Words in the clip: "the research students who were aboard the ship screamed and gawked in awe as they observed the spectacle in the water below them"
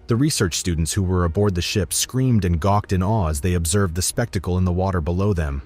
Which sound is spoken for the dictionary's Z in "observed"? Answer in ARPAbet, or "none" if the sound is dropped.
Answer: Z